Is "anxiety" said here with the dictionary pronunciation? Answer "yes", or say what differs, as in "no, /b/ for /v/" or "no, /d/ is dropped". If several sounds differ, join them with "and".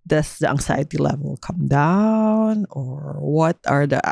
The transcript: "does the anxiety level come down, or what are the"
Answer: no, /s/ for /z/